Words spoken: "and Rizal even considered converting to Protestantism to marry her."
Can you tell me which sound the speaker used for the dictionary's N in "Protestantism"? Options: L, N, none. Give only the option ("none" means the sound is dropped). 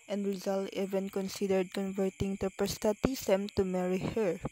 none